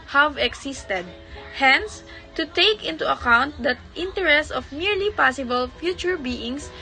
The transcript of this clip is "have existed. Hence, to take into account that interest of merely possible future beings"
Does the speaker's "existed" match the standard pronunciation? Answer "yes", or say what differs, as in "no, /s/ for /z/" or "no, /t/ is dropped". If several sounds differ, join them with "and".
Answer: no, /s/ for /z/